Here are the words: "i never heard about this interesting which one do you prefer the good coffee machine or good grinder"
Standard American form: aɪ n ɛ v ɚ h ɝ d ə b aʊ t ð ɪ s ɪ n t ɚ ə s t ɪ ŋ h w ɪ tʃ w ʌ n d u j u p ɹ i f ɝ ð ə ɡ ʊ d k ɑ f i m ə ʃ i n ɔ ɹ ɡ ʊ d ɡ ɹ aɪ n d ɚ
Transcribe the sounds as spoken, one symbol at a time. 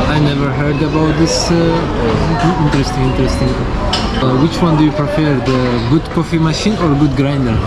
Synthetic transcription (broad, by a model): aɪ n ɛ v ɚ h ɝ d ə b aʊ t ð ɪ s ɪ n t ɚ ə s t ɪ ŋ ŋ w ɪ tʃ w ʌ n d u j u p ɹ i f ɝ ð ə ɡ ʊ d k ɑ f i m ə ʃ i n ɔ ɹ ɡ ʊ d ɡ ɹ aɪ n d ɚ